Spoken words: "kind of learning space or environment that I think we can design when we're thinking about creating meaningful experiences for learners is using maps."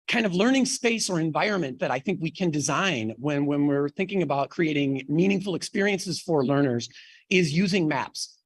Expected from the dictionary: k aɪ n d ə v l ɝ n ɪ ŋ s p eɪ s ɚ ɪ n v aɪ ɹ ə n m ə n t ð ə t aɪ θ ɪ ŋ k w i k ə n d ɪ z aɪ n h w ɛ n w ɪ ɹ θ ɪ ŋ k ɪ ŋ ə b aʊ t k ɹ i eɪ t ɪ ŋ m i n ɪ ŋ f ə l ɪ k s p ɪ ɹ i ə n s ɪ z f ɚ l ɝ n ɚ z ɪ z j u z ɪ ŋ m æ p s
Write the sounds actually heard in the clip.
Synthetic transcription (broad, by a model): k aɪ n d ə v l ɝ n ɪ ŋ s p eɪ s ɚ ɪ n v aɪ ɹ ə n m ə n ð ə t aɪ θ ɪ ŋ k w i k ə n d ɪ z aɪ n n w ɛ n w ɪ ɹ θ ɪ ŋ k ɪ ŋ ə b aʊ t k ɹ i eɪ t ɪ ŋ m i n ɪ ŋ f l ɪ k s p ɪ ɹ i ə n s ɪ z f ɚ l ɝ n ɚ z ɪ z j u z ɪ ŋ m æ p s